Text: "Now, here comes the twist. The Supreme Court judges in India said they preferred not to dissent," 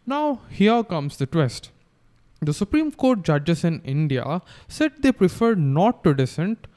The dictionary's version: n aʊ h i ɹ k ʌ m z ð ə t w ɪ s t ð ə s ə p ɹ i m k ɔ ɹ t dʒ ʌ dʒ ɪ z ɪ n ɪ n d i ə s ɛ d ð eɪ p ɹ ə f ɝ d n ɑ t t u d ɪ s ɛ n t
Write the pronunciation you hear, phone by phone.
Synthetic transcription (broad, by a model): n aʊ h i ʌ k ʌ m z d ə t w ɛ s t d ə s ə p ɹ i m k ɔ ɹ t dʒ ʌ dʒ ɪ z ɪ n ɪ n d i ə s ɛ d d eɪ p ɹ ə f ɝ d n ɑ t t u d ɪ s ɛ n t